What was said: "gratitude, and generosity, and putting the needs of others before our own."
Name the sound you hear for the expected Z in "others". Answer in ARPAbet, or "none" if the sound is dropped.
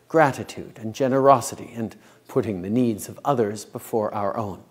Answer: Z